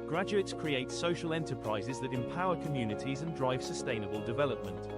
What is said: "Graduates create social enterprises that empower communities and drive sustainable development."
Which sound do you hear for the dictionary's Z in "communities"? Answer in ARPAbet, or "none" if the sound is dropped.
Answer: Z